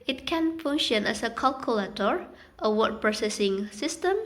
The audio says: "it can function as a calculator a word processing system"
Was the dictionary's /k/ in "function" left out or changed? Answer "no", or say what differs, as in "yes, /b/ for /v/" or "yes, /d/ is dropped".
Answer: yes, /k/ is dropped